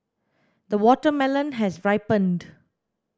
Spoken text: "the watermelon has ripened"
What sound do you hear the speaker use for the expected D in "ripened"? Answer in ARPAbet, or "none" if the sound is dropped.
D